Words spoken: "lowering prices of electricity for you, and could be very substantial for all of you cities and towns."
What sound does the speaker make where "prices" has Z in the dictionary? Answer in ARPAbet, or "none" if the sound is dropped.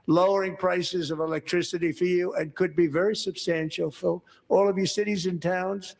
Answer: Z